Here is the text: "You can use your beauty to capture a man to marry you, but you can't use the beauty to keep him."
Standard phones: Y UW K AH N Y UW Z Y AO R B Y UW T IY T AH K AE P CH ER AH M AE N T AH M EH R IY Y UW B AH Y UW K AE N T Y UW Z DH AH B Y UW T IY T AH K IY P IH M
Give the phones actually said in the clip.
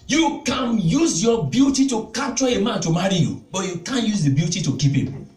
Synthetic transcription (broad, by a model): Y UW K AH N Y UW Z Y AO B Y UW T IY T AH K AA CH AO AH M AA N T AH M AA R IY Y UW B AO Y UW K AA N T Y UW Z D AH B Y UW T IY T AH K IY P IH M